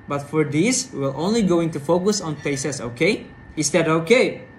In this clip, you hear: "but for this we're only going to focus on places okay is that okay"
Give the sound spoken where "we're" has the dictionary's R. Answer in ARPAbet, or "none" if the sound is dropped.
L